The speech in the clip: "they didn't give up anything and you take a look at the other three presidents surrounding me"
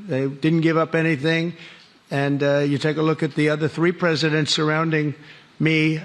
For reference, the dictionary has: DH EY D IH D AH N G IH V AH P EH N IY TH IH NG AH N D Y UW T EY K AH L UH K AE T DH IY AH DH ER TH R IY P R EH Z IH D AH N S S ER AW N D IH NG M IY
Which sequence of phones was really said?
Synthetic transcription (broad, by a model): DH EY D IH D N G IH V AH P EH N IY TH IH NG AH N Y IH T EY K AH L UH K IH T DH IY AH DH ER TH R IY P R EH Z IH D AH N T S ER AW N D IH NG M IY